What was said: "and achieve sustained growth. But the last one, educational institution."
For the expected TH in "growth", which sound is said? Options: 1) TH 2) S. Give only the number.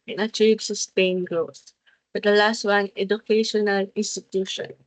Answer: 2